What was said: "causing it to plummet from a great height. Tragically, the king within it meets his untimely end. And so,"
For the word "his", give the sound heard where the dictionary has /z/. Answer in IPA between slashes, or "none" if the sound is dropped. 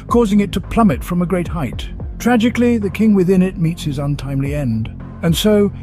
/z/